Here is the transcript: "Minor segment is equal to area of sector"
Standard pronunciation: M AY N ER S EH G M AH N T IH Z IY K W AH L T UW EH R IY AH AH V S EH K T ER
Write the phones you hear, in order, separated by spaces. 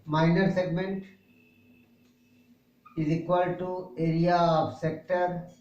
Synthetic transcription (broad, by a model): M AY N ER S EH G M AH N T IH Z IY K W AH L T UW EH R IY AH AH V S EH K T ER